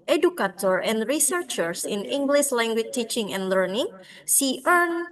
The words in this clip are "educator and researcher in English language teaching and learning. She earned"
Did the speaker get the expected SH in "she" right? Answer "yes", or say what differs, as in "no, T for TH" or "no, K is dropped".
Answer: no, S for SH